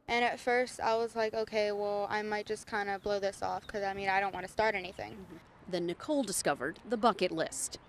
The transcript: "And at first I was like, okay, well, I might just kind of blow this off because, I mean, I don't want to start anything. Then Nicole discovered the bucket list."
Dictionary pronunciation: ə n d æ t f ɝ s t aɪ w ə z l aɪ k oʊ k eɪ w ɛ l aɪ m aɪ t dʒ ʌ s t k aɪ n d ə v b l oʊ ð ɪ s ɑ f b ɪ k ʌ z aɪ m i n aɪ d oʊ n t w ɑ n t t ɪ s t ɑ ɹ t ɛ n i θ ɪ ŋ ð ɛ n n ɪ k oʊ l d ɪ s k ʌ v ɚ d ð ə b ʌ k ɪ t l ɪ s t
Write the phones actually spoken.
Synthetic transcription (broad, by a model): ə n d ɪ t f ɝ s t aɪ w ə z l aɪ k oʊ k eɪ w ɛ l aɪ m aɪ t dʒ ʌ s k aɪ n d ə b l oʊ ð ɪ s ɑ f k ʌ z aɪ m i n aɪ d oʊ n t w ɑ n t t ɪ s t ɑ ɹ t ɛ n i θ ɪ ŋ ð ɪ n n ɪ k oʊ l d ɪ s k ʌ v ɚ d ð ə b ʌ k ɪ t l ɪ s t